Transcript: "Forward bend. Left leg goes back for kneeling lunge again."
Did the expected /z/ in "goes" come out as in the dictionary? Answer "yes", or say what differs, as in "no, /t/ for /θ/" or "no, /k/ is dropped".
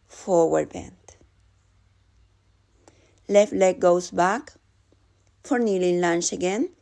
no, /s/ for /z/